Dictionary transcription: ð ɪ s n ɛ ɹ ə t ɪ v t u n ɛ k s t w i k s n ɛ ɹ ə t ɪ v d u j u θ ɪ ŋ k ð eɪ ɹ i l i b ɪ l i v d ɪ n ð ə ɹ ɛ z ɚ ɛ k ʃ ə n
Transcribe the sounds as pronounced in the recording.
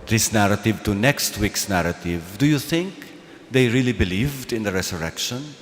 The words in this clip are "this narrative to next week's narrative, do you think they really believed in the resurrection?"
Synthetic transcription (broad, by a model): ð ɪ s n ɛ ɹ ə t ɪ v t u n ɛ k s t w i k s n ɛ ɹ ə t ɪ v d u j u θ ɪ ŋ k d eɪ ɹ i l i b ɪ l i v d ɪ n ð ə ɹ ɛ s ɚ ɛ k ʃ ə n